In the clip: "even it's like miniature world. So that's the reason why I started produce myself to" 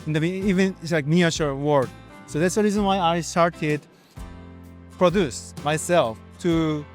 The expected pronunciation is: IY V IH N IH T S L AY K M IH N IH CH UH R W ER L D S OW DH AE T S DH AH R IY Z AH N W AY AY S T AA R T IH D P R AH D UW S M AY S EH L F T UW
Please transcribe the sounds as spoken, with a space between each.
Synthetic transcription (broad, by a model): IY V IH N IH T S L AY K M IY IH SH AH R W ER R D S OW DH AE T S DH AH R IY Z AH N W AY AY S T AA R T IH D P R AH D UW S M AY S EH L F T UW